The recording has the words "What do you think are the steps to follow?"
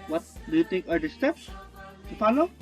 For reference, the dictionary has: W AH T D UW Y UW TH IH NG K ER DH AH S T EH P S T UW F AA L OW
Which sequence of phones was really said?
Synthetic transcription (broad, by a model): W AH T D UW Y UW T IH NG K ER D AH S T EH P S T UW F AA L OW